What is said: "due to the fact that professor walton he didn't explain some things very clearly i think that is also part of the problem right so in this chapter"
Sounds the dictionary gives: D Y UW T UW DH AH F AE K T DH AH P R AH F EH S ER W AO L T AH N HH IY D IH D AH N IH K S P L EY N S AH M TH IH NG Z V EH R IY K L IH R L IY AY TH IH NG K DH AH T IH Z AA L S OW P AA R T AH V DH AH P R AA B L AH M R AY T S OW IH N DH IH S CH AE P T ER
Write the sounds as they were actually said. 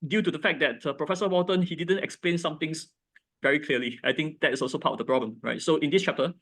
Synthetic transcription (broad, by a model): D Y UW T UW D AH F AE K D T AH P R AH F EH S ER W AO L T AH N HH IY D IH D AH N IH K S P L EY N S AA M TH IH NG S V EH R IY K L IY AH L IY AY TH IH NG K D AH T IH S AA L S OW P AA T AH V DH AH P R AA B L AH M R AY T S OW IH N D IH S CH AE P T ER